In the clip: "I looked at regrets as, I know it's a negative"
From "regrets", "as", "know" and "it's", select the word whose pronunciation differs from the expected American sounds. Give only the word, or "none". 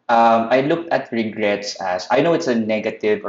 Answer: as